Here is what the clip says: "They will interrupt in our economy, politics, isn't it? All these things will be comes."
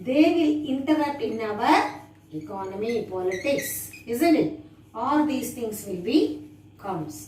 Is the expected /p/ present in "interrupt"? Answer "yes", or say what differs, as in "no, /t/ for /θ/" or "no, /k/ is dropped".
no, /p/ is dropped